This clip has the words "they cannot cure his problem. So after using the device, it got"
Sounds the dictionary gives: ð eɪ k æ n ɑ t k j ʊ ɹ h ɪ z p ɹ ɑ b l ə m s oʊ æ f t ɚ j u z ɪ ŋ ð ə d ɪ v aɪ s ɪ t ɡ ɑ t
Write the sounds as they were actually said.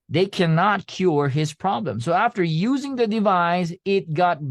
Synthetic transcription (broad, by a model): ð eɪ k æ n ɑ t k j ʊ ɹ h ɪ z p ɹ ɑ b l ə m s oʊ æ f t ɚ j u z ɪ ŋ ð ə d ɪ v aɪ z ɪ t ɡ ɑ t